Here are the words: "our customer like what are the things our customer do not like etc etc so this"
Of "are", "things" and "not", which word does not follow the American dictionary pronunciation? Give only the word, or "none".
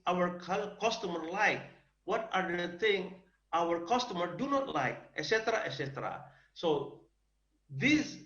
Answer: things